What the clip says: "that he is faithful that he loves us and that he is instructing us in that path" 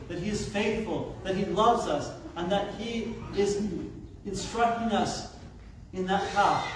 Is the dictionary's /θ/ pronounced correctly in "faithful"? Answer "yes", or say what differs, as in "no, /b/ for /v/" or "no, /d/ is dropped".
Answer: yes